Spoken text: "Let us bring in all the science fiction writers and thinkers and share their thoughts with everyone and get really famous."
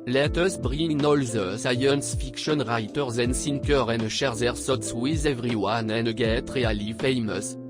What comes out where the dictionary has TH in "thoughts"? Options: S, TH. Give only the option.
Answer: S